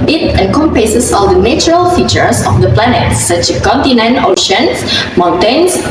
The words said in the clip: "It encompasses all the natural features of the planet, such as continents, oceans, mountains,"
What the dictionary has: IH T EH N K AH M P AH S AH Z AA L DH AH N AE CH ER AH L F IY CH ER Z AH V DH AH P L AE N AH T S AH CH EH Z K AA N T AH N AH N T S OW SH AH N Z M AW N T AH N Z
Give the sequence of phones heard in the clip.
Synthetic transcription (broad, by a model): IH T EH N K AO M P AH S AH S AA L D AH N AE CH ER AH L F IY CH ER S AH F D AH P L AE N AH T S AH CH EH S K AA N T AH N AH N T OW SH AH N S M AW N T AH N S